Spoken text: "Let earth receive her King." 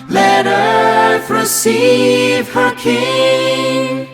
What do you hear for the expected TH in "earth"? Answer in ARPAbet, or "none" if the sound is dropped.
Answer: F